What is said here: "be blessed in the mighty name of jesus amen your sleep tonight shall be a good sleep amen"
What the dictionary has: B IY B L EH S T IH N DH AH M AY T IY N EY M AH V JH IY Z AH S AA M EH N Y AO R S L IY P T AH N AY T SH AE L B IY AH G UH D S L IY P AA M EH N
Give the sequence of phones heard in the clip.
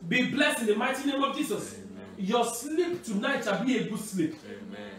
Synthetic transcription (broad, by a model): B IY B L EH S IH N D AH M AY T IY N EY M AH V JH IY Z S AA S Y AO S L IY P T AH N AY T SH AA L B IY AH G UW S L IY P